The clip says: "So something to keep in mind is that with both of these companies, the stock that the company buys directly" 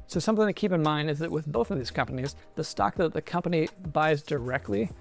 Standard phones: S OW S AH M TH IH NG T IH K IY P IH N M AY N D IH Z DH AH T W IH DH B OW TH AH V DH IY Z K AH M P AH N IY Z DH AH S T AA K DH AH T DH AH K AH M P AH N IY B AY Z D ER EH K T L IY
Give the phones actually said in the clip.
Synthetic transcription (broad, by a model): S OW S AH M TH IH NG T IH K IY P IH N M AY N D IH Z DH AH T W IH DH B OW TH AH V DH IY Z K AH M P AH N IY Z DH AH S T AA K DH AH T DH AH K AH M P AH N IY B AY Z D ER EH K T L IY